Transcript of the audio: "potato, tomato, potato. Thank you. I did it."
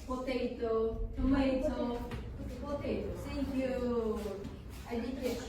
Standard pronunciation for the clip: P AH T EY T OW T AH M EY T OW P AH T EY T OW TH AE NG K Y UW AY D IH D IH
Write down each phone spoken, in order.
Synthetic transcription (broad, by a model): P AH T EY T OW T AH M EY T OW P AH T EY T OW S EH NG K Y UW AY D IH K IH